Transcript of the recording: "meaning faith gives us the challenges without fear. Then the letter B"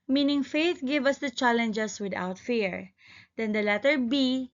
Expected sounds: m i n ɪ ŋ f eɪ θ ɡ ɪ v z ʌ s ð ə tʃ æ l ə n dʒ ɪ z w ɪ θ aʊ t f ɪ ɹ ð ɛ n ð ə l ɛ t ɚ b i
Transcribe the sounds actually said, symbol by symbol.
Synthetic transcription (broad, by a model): m i n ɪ ŋ f eɪ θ ɡ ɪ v ʌ s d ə tʃ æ l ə n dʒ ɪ s w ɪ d aʊ t f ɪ ɹ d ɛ n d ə l ɛ t ɚ b i